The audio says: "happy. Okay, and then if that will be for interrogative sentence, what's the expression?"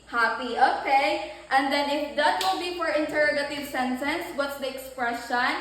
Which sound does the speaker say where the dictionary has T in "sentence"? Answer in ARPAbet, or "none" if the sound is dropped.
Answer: T